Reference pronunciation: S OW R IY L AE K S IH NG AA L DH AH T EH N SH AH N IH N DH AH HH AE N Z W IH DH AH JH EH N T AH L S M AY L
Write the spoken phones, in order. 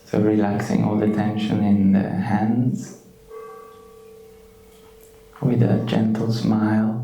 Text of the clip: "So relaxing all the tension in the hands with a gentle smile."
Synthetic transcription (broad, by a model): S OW R IY L AE K S IH NG AA L DH AH T EH N SH AH N IH N DH AH HH AE N Z W IH DH AH JH EH N T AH L S M AY L